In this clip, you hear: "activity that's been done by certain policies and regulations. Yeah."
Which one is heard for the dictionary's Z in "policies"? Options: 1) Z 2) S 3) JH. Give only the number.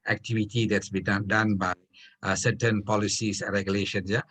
2